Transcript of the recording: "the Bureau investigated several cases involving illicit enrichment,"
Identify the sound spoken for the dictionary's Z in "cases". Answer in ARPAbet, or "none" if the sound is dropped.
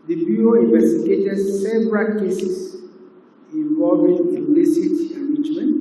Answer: S